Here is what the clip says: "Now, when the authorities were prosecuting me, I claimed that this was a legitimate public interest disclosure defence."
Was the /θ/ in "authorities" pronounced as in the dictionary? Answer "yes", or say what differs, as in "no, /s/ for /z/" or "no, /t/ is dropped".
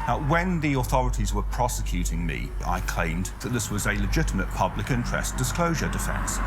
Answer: yes